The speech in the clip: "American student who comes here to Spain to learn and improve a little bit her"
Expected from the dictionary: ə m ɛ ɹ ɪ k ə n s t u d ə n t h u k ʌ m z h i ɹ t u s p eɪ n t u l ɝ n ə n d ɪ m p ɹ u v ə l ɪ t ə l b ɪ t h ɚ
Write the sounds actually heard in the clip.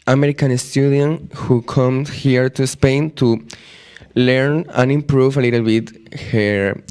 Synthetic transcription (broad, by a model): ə m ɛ ɹ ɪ k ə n s t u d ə n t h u k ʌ m h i ɹ t u s p eɪ n t u l ɝ n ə n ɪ m p ɹ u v ə l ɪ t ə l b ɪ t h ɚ